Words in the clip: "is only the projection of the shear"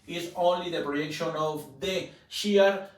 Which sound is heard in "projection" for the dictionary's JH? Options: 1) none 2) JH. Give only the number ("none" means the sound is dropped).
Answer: 1